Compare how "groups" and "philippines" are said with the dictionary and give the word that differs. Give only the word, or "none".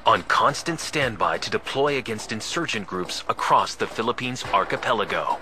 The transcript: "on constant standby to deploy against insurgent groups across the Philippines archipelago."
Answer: none